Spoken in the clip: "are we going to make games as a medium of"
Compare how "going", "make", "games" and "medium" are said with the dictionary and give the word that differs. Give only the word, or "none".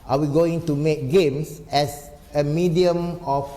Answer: games